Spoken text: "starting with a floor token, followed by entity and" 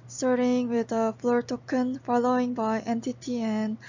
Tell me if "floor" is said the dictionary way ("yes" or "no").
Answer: yes